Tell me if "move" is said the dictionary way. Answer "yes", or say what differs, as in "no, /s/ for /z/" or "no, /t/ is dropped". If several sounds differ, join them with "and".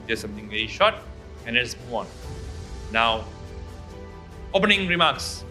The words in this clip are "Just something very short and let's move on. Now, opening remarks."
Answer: no, /v/ is dropped